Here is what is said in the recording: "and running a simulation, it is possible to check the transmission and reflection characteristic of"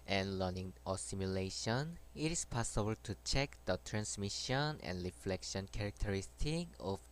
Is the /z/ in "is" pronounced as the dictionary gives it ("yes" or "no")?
no